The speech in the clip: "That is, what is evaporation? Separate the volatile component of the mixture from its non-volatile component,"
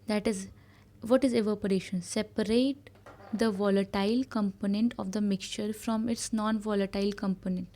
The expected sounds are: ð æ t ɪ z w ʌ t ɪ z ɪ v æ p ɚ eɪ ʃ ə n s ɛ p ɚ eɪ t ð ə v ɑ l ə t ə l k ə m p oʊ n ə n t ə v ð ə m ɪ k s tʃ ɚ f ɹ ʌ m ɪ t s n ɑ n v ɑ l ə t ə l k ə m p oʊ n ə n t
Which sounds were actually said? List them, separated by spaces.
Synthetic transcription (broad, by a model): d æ t ɪ z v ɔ t ɪ z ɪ v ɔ p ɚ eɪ ʃ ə n s ɛ p ɚ eɪ t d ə v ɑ l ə t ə l k ə m p oʊ n ə n t ə v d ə m ɪ k s tʃ ɚ f ɹ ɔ m ɪ t s n ɑ n v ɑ l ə t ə l k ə m p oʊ n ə n t